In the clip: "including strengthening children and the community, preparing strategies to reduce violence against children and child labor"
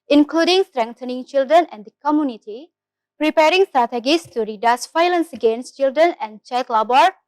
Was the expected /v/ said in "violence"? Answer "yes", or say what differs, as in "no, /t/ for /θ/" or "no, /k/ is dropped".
no, /f/ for /v/